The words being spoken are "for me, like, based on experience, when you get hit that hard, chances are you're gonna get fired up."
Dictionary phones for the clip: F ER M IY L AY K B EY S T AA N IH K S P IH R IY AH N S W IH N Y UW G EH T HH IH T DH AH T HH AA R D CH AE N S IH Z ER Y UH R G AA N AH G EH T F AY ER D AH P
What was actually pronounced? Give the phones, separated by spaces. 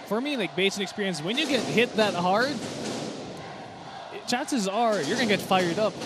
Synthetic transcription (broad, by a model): F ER M IY L AY K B EY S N IH K S P IH R IY AH N S W IH N Y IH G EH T HH IH T DH AH T HH AA R D CH AE N S IH Z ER Y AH R G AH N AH G EH T F AY ER D AH P